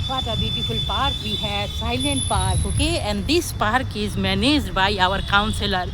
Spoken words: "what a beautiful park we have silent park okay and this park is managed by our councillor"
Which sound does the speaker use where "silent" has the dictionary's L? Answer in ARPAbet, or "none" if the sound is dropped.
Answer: L